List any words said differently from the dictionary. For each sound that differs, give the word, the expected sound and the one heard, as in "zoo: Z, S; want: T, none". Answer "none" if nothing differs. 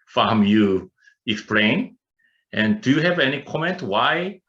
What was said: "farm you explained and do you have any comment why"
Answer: explained: D, none